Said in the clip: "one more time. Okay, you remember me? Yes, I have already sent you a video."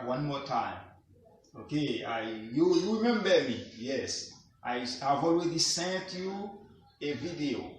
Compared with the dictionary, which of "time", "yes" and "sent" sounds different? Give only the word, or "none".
none